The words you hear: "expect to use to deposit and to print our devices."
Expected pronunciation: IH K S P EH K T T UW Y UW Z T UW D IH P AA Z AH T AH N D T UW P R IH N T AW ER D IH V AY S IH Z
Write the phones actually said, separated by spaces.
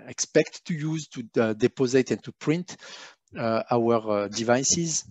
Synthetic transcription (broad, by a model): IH K S P EH K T T UW Y UW Z T UW D IH P AA Z AH T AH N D T UW P R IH N T AW ER D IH V AY S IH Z